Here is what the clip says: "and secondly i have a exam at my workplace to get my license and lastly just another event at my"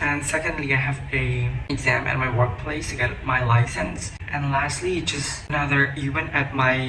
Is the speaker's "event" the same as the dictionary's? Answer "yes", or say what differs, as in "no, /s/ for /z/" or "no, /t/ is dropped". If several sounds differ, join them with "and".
no, /w/ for /v/